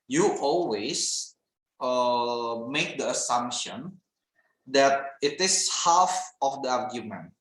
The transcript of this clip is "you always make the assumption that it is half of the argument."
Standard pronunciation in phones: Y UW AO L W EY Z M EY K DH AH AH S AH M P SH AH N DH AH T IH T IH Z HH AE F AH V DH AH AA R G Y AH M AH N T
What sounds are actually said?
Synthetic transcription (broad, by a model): Y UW AO L W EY S M EY K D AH AH S AH M P SH AH N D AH T IH T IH S HH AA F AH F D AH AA R G Y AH M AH N T